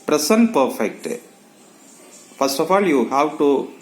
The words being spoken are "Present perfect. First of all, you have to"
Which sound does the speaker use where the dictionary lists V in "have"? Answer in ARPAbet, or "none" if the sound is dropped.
W